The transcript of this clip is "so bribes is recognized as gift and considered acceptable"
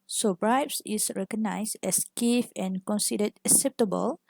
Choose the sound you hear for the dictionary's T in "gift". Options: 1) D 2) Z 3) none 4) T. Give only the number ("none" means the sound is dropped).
3